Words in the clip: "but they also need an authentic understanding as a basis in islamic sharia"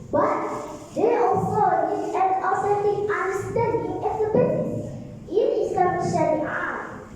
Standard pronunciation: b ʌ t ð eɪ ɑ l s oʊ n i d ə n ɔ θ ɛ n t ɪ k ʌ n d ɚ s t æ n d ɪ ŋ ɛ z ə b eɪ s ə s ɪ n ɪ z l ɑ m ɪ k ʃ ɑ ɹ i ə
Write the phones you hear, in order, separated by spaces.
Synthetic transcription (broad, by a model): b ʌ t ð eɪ ɑ l s oʊ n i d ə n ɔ s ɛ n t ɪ ʌ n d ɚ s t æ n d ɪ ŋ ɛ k ə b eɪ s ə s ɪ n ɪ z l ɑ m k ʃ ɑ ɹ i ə